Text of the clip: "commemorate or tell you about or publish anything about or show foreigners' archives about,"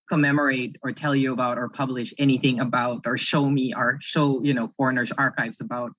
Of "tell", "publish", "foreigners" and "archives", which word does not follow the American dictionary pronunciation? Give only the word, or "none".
none